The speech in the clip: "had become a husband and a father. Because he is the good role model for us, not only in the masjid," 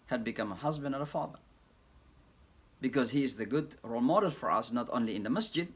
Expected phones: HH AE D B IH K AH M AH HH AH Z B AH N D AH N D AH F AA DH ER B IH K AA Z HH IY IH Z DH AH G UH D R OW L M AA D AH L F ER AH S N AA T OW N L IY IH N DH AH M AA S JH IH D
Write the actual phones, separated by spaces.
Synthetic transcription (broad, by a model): HH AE D B IH K AH M AH HH AH Z B AH N D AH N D AH F AA DH ER B IH K AA Z HH IY IH Z DH AH G UH D R OW L M AA D AH L F ER AH S N AA T OW N L IY IH N DH AH M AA S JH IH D